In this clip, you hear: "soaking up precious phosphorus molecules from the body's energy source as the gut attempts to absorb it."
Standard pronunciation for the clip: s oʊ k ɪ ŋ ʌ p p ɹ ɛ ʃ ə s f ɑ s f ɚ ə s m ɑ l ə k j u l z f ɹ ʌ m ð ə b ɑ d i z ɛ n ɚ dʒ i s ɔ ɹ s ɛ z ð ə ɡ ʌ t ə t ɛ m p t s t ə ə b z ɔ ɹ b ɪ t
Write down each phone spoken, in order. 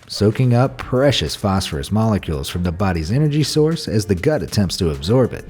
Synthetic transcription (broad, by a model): s oʊ k ɪ ŋ ʌ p p ɹ ɛ ʃ ə s f ɑ s f ɚ ə s m ɑ l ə k j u l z f ɹ ʌ m ð ə b ɑ d i z ɛ n ɚ dʒ i s ɔ ɹ s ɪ z ð ə ɡ ʌ t ə t ɛ m p t s t ə ə b z ɔ ɹ b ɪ t